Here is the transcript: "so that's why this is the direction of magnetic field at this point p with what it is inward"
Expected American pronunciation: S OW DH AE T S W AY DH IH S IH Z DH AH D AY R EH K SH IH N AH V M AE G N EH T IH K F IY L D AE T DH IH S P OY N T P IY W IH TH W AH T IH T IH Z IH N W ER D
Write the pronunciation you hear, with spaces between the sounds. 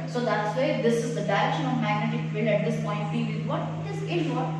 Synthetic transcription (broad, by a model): S OW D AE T S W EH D IH S IH Z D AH D AY R EH K SH IH N AH V M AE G N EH T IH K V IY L AE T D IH S P OY N T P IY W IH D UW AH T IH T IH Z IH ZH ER